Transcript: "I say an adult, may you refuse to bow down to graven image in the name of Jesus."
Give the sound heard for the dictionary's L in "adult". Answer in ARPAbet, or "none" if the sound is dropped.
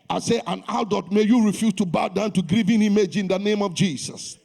none